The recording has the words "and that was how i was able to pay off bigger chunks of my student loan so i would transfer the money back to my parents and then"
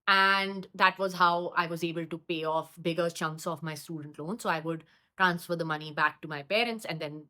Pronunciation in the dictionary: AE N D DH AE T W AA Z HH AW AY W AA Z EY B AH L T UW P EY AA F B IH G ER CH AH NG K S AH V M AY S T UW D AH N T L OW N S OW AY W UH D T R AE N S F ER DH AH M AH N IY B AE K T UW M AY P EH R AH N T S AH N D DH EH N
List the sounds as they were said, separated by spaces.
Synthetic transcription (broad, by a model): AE N D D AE T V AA Z HH AW AY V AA Z EY B AH L T UW P EY AA F B IH G ER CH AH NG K S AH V M AY S T UW D AH N T L OW N S OW AY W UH D T R AE N S F ER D AH M AH N IY B AE K T UW M AY P EH R AH N T S AH N D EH N